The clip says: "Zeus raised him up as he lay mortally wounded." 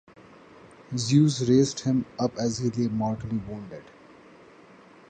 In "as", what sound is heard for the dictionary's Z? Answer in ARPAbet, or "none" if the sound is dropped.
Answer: Z